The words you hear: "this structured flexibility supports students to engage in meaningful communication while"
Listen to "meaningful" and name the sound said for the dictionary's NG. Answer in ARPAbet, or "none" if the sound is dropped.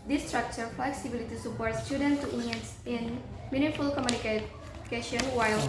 none